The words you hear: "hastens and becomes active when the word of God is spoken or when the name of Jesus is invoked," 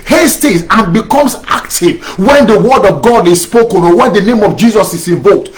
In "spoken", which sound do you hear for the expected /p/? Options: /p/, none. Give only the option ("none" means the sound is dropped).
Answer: /p/